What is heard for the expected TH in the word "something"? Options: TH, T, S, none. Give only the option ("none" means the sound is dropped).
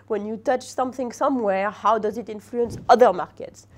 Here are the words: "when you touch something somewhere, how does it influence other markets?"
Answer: TH